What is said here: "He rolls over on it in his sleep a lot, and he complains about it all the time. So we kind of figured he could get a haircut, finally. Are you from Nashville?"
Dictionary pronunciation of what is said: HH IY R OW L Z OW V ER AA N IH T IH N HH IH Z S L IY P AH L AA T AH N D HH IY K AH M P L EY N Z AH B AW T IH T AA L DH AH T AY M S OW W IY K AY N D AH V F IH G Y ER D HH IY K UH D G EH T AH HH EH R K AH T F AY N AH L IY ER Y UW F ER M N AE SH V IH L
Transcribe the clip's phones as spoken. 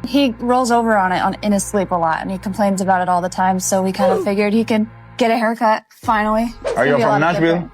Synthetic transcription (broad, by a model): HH IY R OW L Z OW V ER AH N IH T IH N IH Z S L IY P AH L AA T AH N IY K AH M P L EY N Z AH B AW T IH T AA L DH AH T AY M S OW W IY K AY N D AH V F IH G Y ER D HH IY K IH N G EH T AH HH EH R K AH T F AY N L IY ER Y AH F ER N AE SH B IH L